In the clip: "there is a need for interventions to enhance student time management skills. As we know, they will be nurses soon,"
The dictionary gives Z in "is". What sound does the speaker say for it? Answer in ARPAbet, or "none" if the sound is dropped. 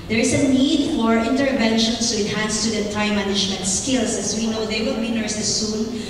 S